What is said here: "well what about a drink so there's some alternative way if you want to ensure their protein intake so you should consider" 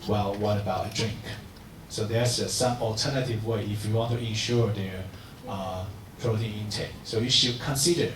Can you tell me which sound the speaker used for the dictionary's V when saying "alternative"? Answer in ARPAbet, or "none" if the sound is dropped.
V